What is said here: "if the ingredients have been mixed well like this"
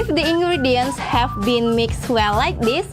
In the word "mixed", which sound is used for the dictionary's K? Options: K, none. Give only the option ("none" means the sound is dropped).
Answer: K